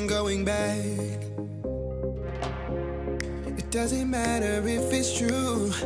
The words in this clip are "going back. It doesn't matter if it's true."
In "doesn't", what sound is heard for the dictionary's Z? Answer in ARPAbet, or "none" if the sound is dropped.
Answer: Z